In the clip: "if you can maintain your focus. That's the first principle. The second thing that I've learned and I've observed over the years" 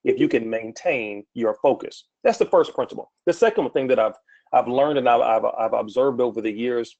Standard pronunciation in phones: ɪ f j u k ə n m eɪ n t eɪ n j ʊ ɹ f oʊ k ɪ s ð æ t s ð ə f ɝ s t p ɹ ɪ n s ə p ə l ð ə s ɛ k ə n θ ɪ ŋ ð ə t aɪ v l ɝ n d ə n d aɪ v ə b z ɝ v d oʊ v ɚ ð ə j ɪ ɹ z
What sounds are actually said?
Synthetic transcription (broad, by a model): ɪ f j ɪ k ə n m eɪ n t eɪ n j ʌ ɹ f oʊ k ɪ s ð æ t s ð ə f ɝ s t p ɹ ɪ n s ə p l ð ə s ɛ k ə n θ ɪ ŋ ð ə t aɪ v l ɝ n d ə n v aɪ v ə b z ɝ v d oʊ v ɚ ð ə j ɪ ɹ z